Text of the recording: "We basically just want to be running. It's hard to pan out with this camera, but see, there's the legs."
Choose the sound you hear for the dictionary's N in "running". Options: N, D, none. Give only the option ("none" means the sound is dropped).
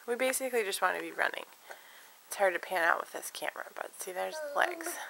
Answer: N